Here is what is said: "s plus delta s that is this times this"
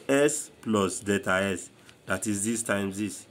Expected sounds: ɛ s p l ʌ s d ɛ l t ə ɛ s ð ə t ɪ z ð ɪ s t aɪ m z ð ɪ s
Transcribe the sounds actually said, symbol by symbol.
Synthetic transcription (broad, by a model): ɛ s p l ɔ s d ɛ t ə ɛ s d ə t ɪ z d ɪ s t aɪ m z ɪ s